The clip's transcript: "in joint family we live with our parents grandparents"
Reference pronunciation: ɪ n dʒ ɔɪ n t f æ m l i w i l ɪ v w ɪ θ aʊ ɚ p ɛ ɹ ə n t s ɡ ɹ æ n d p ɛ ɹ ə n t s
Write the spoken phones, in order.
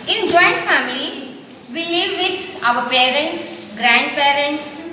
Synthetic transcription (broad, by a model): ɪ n dʒ ɔɪ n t f æ m l i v i l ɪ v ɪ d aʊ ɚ p ɛ ɹ ə n t s ɡ ɹ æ n d p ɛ ɹ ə n t s